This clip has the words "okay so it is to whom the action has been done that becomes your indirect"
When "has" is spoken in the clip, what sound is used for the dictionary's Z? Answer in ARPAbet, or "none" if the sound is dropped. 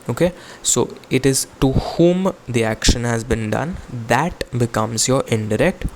Z